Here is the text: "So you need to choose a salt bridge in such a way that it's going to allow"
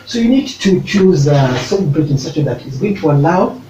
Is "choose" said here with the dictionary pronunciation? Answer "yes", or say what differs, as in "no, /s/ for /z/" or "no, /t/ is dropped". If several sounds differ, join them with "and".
yes